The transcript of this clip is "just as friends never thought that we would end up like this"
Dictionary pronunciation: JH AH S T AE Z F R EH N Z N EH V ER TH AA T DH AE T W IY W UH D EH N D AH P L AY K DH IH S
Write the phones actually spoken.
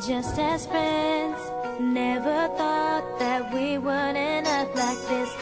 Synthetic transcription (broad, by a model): JH AH S T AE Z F R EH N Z N EH V ER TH AA T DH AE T W IY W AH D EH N AH F L AY K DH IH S